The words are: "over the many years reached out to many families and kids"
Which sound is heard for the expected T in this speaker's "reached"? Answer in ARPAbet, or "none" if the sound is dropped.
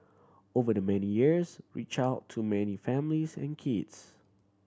none